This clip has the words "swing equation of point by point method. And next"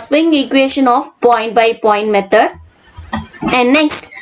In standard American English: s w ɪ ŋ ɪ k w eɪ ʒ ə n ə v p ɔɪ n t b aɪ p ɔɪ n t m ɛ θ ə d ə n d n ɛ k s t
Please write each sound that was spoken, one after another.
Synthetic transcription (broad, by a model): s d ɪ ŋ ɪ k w eɪ ʃ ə n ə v p ɔɪ n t b aɪ p ɔɪ n t m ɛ t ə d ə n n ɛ k s t